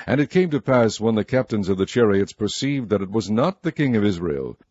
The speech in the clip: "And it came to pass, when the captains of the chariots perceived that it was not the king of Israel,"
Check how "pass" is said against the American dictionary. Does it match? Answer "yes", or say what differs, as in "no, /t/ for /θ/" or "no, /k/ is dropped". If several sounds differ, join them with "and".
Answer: yes